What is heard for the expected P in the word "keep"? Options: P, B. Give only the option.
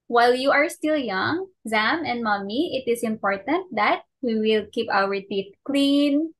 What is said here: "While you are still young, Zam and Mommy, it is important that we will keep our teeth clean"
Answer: P